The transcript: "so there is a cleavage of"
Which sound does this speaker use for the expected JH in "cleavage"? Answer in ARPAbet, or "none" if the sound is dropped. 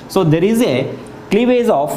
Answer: Z